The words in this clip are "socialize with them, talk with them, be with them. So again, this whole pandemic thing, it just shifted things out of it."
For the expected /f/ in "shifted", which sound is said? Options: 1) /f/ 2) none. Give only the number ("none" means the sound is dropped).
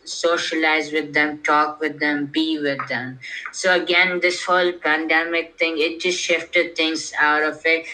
1